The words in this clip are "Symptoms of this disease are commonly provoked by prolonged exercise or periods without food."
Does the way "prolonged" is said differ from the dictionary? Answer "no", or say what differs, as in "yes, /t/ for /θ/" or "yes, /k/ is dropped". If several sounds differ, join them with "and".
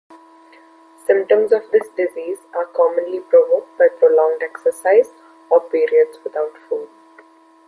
no